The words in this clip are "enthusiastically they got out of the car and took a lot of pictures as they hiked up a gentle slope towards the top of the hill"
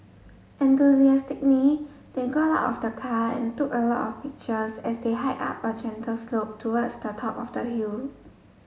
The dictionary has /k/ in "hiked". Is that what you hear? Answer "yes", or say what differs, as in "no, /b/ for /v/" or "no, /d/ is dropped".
no, /k/ is dropped